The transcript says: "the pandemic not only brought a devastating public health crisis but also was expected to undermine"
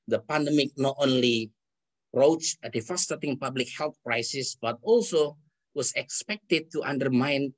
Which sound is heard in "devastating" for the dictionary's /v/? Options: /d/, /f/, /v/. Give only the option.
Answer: /f/